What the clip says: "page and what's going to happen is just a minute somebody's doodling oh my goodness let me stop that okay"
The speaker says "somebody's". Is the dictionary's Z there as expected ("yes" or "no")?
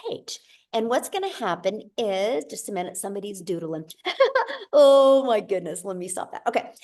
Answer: yes